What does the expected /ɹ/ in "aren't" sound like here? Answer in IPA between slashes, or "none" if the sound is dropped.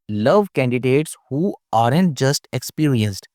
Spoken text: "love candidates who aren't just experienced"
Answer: /ɹ/